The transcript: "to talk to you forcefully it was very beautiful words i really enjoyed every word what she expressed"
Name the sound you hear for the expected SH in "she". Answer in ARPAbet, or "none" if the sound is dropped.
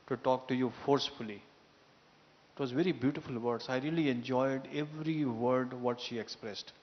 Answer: SH